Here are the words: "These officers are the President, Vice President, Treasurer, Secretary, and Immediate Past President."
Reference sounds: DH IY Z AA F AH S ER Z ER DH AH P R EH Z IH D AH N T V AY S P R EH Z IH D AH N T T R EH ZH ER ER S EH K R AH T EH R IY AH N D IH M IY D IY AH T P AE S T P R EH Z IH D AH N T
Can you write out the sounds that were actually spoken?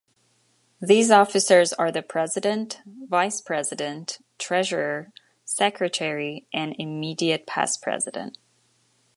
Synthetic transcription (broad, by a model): DH IY Z AA F AH S ER Z ER DH AH P R EH Z IH D AH N T V AY S P R EH Z IH D AH N T T R EH ZH ER ER S EH K R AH T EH R IY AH N IH M IY D IY AH T P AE S P R EH Z IH D AH N T